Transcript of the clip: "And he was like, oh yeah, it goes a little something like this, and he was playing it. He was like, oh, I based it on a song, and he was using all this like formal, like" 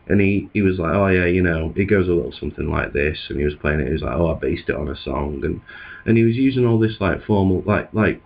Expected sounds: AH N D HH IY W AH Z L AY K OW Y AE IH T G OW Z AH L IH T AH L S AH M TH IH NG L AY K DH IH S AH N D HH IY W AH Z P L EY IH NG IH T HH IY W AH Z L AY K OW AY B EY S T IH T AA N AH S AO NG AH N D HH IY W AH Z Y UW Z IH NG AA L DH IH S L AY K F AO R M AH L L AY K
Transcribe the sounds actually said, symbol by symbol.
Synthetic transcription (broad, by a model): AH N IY IY W AH Z L AY K OW Y AE IH T G OW Z AH L IH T L S AH M TH IH NG L AY K DH IH S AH N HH IY W AH Z P L EY IH NG IH T HH IY W AH Z L AY K OW AY B EY S T IH T N AH S AO NG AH N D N IY W AH Z Y UW Z IH NG AA L DH IH S L AY K F AO R M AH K L AY K